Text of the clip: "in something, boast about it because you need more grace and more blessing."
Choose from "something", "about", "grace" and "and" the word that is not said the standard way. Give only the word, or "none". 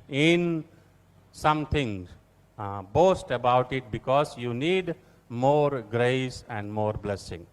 something